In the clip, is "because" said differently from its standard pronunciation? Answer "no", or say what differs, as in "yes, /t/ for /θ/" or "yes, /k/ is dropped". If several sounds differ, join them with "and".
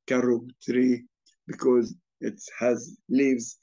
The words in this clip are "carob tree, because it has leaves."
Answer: no